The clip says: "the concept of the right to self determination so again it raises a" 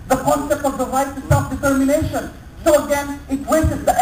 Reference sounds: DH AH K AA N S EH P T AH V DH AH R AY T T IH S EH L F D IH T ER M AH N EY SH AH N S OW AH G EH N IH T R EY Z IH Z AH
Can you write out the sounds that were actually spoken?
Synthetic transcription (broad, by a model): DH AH K AA N S EH P T AH V DH AH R AY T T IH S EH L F D IH T ER M AH N EY SH AH N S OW AH G EH N IH T W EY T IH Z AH